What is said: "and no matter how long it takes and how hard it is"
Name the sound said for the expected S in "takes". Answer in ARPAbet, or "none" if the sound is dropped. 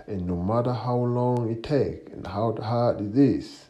none